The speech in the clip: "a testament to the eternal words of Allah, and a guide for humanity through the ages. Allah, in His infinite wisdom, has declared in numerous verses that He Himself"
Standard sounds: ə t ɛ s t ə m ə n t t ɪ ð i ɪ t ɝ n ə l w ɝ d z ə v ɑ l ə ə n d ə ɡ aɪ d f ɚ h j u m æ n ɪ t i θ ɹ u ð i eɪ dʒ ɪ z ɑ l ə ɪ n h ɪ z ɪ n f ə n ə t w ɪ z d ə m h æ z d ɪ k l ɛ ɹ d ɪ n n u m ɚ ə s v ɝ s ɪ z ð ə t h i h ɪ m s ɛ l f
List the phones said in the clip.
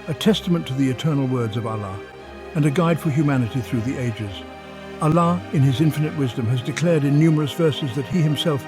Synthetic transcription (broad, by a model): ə t ɛ s t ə m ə n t t ɪ ð i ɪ t ɝ n l w ɝ d z ə v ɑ l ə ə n ə ɡ aɪ d f ɚ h j u m æ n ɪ t i θ ɹ u ð i eɪ dʒ ɪ z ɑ l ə ɪ n ɪ z ɪ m f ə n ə t w ɪ z d ə m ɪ z d ɪ k l ɛ ɹ d ɪ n n u m ɚ ə s v ɝ s ɪ z ð ə t h i h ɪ m s ɛ l f